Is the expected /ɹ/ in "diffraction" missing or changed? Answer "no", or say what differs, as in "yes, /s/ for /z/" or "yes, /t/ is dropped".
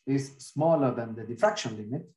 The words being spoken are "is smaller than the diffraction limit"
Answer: yes, /ɹ/ is dropped